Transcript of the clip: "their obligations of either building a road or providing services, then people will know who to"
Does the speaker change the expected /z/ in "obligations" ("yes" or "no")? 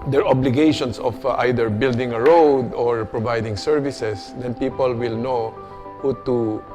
yes